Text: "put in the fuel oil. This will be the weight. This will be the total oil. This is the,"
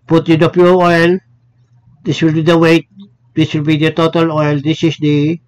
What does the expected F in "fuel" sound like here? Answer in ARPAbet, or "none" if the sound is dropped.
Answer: P